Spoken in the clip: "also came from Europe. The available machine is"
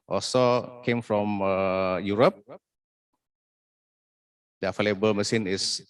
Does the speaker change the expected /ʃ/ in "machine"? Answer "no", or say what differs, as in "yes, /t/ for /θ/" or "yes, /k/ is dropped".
yes, /s/ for /ʃ/